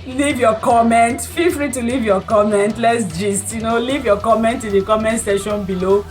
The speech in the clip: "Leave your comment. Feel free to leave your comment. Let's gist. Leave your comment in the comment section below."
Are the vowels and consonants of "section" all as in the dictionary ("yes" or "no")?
no